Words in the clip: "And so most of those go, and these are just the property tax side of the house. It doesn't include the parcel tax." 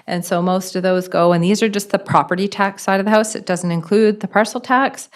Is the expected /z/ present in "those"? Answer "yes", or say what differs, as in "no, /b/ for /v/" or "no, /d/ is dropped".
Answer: yes